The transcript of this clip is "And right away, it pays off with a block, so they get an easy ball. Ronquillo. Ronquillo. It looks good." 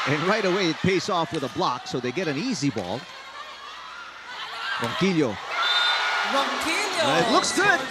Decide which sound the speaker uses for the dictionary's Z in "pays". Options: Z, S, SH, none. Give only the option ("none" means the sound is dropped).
S